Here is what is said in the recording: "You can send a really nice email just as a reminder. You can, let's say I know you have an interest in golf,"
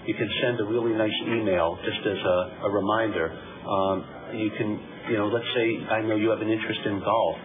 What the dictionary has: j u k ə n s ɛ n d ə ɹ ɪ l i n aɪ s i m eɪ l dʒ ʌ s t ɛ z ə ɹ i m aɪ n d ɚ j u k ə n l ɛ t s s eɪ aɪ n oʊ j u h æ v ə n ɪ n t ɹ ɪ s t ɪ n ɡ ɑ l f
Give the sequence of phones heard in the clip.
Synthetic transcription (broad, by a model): j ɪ k ə n s ɛ n d ə ɹ ɪ l i n aɪ s i m eɪ l dʒ ʌ s t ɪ z ə ɹ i m aɪ n d ɚ j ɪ k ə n l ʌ t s s eɪ aɪ n oʊ j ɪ v ə n ɪ n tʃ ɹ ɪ s t ɪ n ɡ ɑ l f